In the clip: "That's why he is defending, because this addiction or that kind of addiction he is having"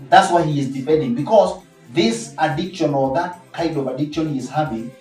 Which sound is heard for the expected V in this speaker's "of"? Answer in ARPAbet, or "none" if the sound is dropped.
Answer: V